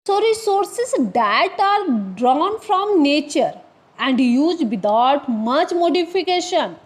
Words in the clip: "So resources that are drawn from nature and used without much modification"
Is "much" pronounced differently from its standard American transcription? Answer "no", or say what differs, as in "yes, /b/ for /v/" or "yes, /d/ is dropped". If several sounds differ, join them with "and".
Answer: no